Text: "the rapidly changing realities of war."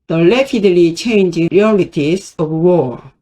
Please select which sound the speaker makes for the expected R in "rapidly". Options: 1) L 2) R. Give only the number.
1